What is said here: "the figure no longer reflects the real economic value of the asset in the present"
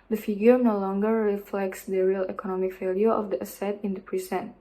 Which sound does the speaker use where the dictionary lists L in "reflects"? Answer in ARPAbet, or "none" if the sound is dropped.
L